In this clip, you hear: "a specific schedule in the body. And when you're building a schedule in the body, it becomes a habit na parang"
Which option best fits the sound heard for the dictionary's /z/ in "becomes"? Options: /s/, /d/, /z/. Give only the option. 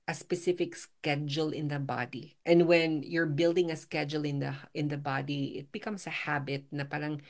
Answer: /s/